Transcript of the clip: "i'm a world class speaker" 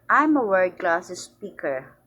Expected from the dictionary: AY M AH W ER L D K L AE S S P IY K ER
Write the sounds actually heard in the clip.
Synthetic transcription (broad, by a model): AY M AH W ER D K L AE S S P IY K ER